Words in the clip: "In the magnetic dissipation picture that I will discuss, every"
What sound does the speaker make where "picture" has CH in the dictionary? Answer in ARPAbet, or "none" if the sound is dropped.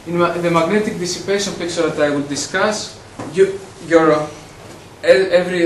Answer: S